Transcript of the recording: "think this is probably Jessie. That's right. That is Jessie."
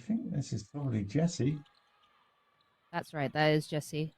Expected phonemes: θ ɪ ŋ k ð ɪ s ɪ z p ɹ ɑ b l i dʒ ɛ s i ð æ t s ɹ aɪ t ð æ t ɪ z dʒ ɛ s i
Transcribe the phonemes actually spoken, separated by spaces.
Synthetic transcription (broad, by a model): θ ɪ ŋ k ð ɪ s ɪ z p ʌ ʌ l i dʒ ɛ s i ð æ t s ɹ aɪ t ð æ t ɪ z dʒ ɛ s i